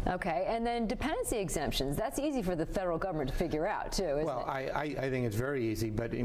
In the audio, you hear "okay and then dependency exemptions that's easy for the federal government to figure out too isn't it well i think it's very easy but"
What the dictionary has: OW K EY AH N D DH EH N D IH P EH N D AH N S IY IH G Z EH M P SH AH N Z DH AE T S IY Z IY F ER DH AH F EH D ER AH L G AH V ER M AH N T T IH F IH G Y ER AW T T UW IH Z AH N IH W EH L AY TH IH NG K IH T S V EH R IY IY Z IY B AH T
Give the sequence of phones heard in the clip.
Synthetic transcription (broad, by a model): OW K EY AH N DH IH N D IH P EH N D AH N S IY IH G Z EH M P SH AH N Z DH AE T S IY Z IY F ER DH AH F EH D ER L G AH V ER M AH N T T IH F IH G Y ER AW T T UW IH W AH L IH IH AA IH AY TH IH NG K IH T S V EH R IY IY Z IY B AH T